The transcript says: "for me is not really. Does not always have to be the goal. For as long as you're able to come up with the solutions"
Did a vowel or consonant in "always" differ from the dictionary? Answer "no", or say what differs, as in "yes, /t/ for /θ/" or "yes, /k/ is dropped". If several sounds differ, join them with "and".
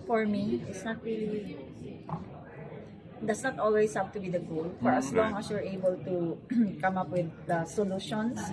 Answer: yes, /s/ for /z/